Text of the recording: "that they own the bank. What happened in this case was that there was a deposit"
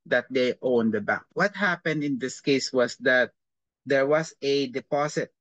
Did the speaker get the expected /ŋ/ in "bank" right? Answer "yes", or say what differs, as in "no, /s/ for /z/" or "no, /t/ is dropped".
no, /ŋ/ is dropped